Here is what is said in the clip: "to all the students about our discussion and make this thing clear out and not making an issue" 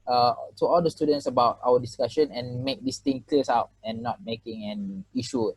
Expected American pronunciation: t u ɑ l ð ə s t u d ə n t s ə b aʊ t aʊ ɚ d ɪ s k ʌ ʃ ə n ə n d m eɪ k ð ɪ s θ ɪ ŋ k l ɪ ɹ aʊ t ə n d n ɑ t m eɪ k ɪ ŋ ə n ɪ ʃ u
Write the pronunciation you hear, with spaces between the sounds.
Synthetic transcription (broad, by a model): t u ɑ l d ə s t u d ə n t s ə b aʊ t aʊ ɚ d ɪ s k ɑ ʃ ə n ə n m eɪ k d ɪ s t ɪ ŋ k l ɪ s aʊ t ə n n ɑ t m eɪ k ɪ ŋ ə n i ʃ u